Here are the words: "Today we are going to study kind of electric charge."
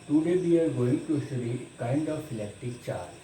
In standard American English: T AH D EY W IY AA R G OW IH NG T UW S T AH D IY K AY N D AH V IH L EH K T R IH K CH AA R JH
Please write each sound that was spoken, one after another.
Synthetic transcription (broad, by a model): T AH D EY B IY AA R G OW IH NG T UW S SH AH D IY K AY N D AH F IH L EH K T IH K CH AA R